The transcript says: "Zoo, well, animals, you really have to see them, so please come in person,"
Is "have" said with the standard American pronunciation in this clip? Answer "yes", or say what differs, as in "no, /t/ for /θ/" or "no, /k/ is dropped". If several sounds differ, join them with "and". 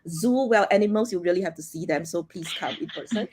no, /f/ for /v/